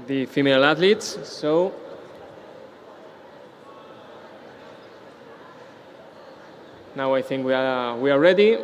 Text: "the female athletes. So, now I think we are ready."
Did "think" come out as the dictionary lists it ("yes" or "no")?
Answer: yes